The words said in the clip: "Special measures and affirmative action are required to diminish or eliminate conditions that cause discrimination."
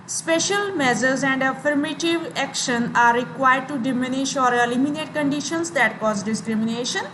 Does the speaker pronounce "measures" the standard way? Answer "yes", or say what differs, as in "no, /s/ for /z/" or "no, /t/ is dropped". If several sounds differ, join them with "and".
no, /z/ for /ʒ/